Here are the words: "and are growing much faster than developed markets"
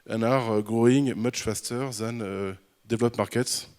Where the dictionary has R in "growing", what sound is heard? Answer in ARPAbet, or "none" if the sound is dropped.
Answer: R